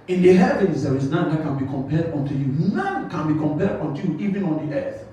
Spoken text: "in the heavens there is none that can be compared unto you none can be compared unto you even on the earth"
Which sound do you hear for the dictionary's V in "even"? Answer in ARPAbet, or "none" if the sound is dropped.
V